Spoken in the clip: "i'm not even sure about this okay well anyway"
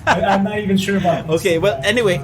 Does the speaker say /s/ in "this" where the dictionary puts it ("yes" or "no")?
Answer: no